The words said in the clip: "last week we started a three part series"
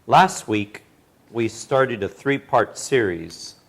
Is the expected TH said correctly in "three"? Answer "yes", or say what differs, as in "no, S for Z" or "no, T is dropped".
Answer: yes